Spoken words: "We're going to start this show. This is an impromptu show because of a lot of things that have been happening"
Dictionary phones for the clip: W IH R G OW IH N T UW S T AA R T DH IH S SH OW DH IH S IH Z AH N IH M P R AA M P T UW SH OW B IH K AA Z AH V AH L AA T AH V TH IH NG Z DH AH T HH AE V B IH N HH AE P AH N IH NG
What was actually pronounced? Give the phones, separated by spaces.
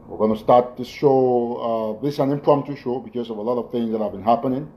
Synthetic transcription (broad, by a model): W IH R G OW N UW S T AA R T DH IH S SH OW DH IH S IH AH N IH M P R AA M T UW SH OW B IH K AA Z AH V AH L AA T AH V TH IH NG Z DH AH T HH AE V B IH N HH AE P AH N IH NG